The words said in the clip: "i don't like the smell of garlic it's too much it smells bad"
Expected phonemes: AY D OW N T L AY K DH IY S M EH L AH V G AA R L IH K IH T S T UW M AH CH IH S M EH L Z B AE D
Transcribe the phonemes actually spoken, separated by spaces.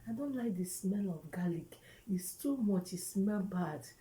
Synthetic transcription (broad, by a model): AY D OW N T L AY K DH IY S M EH L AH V G AA L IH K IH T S T UW M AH CH IH S M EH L B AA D